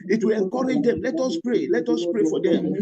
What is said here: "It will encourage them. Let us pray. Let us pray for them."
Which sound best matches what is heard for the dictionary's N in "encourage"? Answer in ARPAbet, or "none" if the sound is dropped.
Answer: none